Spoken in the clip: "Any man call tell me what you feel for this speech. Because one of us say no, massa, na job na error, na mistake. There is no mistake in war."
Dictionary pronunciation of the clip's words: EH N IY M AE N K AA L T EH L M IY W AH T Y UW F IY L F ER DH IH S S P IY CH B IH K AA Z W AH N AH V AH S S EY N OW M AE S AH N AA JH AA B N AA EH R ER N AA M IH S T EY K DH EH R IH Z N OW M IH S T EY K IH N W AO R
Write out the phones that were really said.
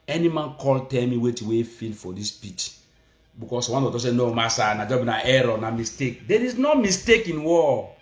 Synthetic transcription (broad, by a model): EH N IY M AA N K AA L T EH L M IY W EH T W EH F IY L F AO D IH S S P IY CH B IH K AA S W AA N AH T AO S S EY N OW M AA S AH N AA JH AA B N AA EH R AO N AA M IH S T EY K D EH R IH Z N OW M IH S T EY K IH N W AO